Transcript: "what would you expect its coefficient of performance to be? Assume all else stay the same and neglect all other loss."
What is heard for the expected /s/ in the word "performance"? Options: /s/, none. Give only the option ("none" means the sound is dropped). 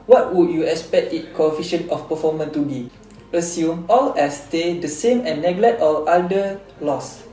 none